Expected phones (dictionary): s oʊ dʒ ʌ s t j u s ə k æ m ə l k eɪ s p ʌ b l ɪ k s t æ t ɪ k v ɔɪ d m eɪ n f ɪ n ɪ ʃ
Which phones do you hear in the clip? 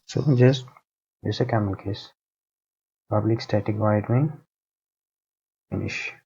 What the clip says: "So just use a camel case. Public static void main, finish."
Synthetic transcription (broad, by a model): s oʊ dʒ ʌ s t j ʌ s ə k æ m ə n k eɪ s p ʌ b l ɪ k s t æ t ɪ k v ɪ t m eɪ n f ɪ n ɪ ʃ